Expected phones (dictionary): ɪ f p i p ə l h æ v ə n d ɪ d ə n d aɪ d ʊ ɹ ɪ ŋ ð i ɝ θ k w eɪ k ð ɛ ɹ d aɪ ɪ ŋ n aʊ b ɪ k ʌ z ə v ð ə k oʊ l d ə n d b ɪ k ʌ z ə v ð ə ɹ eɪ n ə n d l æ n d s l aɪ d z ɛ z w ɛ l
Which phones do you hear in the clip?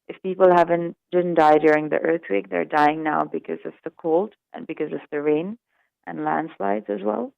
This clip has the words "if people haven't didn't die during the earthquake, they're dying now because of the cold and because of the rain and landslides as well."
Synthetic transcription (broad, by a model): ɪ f p i p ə l h æ v ə n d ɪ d n d aɪ d ʊ ɹ ɪ ŋ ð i ɝ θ w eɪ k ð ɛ ɹ d aɪ ɪ ŋ n aʊ b ɪ k ʌ z ə v ð ə k oʊ l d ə n b ɪ k ʌ z ə v ð ə ɹ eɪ n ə n l æ n d s l aɪ d z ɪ z w ɛ l